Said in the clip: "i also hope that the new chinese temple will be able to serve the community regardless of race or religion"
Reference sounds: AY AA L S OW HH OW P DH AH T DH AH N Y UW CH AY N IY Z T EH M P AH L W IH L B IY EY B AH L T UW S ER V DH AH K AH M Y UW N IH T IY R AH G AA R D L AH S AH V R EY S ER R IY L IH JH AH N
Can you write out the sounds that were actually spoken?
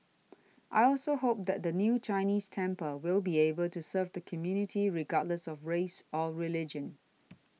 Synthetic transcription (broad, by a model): AY AA L S OW HH OW P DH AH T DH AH N Y UW CH AY N IY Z T EH M P AH W IH L B IY EY B AH L T UW S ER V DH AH K AH M Y UW N IH T IY R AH G AA D L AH S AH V R EY S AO R IY L IH JH AH N